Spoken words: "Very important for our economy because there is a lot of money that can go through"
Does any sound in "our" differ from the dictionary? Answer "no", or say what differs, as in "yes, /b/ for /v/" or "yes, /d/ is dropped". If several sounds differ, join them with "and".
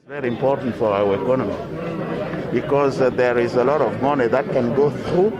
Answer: yes, /w/ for /ɹ/